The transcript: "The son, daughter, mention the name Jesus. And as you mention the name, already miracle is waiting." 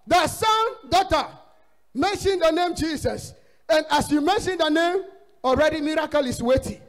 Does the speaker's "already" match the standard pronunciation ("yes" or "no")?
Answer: yes